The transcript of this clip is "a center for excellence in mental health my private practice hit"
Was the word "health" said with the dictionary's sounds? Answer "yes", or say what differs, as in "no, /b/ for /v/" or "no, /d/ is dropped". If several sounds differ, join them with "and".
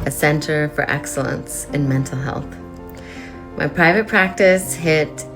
yes